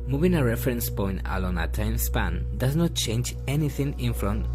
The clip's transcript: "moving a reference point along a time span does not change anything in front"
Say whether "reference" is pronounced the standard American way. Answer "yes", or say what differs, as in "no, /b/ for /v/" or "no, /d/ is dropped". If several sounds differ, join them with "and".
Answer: yes